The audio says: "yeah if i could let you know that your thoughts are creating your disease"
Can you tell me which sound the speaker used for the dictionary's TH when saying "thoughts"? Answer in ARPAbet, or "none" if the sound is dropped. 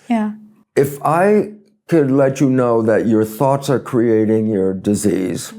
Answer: TH